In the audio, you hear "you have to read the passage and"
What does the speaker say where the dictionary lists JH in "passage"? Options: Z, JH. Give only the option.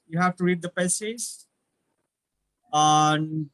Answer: Z